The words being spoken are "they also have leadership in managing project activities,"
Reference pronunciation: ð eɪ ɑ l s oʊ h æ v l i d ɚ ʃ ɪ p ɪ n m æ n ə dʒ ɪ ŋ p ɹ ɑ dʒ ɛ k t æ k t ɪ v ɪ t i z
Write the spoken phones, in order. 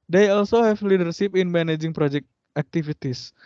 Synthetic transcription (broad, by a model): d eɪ ɑ l s oʊ h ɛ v l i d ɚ s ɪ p ɪ n m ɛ n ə dʒ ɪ ŋ p ɹ ɑ dʒ ɛ k t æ k t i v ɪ t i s